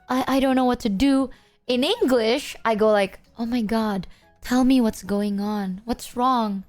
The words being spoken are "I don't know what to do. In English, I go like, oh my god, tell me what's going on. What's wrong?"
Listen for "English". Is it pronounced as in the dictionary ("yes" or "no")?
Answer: yes